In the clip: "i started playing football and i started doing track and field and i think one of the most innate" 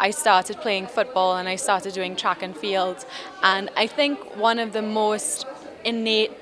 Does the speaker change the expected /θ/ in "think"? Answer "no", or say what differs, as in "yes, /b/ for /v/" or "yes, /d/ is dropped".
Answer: no